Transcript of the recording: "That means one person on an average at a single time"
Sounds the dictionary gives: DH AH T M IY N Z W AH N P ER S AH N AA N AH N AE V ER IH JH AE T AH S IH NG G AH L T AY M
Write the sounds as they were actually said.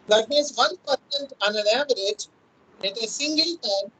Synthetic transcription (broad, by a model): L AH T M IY Z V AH N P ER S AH N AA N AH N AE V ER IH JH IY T AH S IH NG G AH L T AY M